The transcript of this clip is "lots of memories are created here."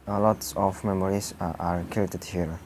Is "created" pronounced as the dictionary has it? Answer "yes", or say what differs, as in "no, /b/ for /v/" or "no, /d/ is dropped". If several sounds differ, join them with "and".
no, /ɹ/ is dropped